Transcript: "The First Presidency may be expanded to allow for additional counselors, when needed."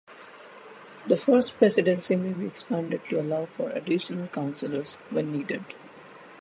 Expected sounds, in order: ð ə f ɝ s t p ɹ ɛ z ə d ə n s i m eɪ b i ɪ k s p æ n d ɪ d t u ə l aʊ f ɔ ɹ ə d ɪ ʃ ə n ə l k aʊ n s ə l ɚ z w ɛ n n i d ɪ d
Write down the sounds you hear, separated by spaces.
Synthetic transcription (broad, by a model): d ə f ɝ s t p ɹ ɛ s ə d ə n s i m eɪ b i ɪ k s p æ n d ɪ d t u ə l aʊ f ɔ ɹ ə d ɪ ʃ ə n ə l k aʊ n s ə l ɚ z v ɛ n n i d ɪ d